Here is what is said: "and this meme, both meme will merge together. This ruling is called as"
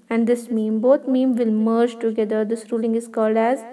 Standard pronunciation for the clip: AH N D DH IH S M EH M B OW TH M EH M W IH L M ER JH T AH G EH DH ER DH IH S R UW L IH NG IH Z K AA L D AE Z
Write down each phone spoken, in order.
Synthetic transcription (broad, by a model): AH N D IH S M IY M B OW T M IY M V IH L M ER JH T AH G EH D ER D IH S R UW L IH NG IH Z K AA L D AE Z